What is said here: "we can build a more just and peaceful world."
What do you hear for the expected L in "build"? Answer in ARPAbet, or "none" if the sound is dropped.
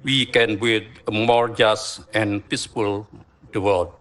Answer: none